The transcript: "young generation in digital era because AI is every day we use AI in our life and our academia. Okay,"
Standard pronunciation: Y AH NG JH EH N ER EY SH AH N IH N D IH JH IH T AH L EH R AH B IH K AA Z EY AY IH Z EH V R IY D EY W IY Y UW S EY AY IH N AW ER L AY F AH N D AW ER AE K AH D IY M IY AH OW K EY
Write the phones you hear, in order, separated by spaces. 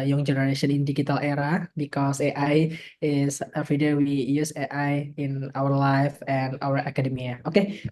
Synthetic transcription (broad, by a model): Y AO NG JH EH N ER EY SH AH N IH N D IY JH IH T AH L EH R AH B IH K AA S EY AY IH S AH F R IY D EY W IY Y UW S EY AY IH N AW ER L AY F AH N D AW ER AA K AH D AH M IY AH OW K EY